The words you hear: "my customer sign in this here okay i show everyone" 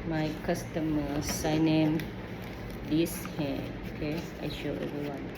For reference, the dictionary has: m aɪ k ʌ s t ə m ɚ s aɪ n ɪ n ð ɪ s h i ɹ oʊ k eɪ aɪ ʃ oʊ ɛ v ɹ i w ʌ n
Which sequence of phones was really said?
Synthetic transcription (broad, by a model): m aɪ k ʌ s t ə m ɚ s aɪ n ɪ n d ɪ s h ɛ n oʊ k eɪ aɪ ʃ oʊ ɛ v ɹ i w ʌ n